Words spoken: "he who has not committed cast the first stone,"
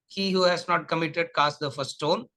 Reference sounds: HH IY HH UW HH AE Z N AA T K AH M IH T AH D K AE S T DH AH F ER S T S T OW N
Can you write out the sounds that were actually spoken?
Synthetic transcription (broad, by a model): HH IY HH UW HH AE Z N AA T K AH M IH T AH D K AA S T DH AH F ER T S T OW N